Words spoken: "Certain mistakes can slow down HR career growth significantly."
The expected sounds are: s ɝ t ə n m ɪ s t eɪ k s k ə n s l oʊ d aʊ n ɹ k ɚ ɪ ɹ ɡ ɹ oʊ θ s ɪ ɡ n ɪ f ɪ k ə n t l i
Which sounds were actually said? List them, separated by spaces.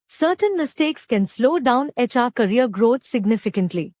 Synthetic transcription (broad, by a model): s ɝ t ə n m ɪ s t eɪ k s k ə n s l oʊ d aʊ n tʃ k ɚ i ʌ ɡ ɹ oʊ t s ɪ ɡ n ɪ f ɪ k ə n t l i